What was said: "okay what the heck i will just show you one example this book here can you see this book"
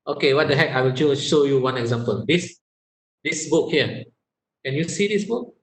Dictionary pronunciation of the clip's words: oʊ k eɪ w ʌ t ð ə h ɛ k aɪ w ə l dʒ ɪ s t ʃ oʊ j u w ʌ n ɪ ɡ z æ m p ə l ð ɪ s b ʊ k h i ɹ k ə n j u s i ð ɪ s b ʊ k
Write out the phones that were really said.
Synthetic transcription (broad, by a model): oʊ k eɪ w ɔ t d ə h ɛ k aɪ w ə l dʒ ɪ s ʃ oʊ j u w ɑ n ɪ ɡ z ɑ m p ə l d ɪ s b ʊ k h i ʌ k ə n j u s i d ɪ s b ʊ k